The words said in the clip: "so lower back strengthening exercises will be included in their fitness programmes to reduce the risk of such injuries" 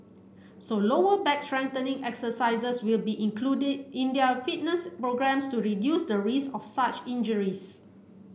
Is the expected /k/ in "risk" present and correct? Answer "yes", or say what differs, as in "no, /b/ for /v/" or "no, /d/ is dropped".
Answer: no, /k/ is dropped